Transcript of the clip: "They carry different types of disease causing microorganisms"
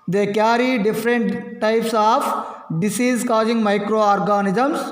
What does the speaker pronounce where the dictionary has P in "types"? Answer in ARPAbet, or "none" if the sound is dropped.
P